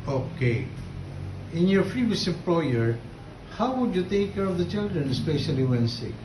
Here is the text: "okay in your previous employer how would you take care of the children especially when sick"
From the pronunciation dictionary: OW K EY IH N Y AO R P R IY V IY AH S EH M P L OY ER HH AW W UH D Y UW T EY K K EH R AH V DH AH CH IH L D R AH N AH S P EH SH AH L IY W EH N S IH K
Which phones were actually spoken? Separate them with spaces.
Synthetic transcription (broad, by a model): OW K EY IH N Y AO R F R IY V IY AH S EH M P L OY ER HH AW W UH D Y UW T EY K K EH R AH V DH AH CH IH L D R AH N AH S P EH SH AH L IY W EH N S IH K